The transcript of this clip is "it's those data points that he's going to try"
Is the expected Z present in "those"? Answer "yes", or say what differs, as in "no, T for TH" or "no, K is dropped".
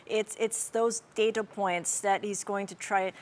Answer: yes